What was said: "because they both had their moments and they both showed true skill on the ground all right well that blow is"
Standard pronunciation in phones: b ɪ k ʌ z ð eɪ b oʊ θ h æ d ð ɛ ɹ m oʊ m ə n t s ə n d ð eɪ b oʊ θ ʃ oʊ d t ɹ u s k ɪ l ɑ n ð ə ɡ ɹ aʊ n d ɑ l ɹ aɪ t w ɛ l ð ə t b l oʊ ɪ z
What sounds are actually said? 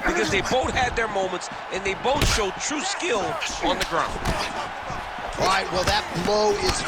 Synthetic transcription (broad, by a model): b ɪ k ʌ z ð eɪ b oʊ θ h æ d ð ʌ ɹ m oʊ m ə n t s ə n ð eɪ b oʊ θ ʃ oʊ d t ɹ u s k ɪ l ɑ n ð ə ɡ ɹ aʊ n d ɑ ɹ aɪ t w ɛ l ð ə t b oʊ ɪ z